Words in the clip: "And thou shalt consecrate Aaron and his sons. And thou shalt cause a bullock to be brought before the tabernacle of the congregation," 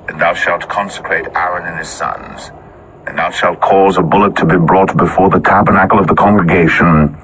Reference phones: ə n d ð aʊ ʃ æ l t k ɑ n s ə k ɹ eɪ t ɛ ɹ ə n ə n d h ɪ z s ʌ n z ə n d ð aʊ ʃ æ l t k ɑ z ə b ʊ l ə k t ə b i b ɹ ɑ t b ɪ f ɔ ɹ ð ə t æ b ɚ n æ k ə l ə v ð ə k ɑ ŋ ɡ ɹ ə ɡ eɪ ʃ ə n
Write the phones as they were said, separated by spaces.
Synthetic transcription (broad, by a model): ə n ð aʊ ʃ æ l t k ɑ n s ə k ɹ eɪ t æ ɹ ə n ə n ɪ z s ʌ n z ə n ð aʊ ʃ æ l t k ɑ z ə b ʊ l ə t ə b i b ɹ ɑ t b ɪ f ɔ ɹ ð ə t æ b ɚ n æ k l ə v ð ə k ɑ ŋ ɡ ɹ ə ɡ eɪ ʃ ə n